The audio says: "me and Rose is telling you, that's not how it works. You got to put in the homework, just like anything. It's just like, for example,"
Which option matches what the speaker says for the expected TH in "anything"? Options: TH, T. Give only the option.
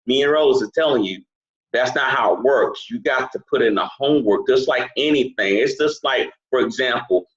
TH